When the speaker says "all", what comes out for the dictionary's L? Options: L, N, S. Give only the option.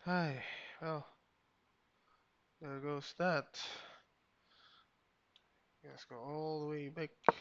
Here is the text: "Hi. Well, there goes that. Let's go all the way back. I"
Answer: L